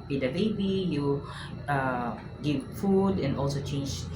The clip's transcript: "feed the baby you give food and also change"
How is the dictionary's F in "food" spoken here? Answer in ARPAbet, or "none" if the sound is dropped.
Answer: F